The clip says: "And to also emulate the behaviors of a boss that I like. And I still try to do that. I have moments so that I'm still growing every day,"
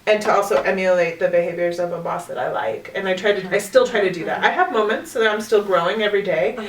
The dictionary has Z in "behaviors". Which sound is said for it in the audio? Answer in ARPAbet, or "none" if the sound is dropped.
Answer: Z